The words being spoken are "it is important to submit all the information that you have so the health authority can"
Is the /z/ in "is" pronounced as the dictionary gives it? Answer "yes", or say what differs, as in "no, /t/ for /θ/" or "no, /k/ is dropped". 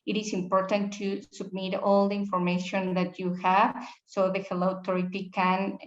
no, /s/ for /z/